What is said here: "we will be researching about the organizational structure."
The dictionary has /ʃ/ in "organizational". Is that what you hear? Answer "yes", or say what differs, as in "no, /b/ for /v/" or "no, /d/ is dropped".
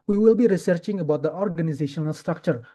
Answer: yes